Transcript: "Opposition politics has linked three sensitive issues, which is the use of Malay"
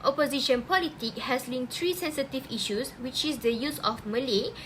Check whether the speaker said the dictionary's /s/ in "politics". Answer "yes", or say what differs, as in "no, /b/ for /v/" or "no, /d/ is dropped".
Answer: no, /s/ is dropped